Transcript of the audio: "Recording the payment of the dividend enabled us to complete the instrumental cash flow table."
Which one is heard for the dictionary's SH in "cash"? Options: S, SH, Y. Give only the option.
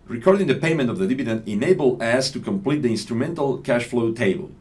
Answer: SH